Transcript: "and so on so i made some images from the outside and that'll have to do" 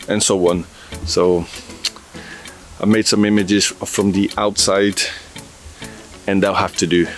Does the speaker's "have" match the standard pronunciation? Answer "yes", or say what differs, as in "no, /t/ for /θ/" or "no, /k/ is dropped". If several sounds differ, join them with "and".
no, /f/ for /v/